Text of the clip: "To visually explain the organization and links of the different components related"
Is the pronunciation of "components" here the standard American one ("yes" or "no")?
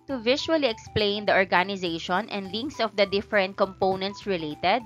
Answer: yes